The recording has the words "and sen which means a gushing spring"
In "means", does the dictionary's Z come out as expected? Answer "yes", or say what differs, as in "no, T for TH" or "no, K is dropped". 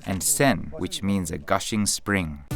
yes